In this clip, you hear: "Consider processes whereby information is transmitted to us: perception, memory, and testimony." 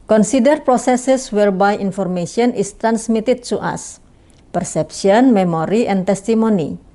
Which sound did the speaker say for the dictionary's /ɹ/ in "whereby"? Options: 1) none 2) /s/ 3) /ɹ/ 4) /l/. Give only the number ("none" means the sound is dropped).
3